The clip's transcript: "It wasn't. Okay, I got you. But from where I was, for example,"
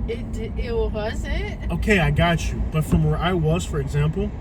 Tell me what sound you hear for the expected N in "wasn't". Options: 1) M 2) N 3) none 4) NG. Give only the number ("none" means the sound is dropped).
3